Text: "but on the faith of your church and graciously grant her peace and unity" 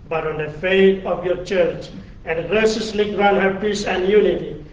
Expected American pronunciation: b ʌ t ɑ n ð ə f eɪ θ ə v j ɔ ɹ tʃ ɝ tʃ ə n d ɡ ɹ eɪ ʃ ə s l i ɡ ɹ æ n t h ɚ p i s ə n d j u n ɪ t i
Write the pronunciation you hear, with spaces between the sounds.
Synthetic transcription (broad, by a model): b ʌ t ɑ n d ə f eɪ t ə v j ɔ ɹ tʃ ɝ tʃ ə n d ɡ ɹ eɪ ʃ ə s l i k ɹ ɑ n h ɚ p i s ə n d j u n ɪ t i